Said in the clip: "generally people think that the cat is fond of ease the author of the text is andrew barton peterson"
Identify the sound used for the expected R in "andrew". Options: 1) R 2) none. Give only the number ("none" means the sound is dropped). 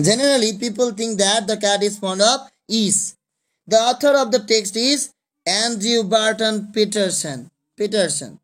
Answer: 2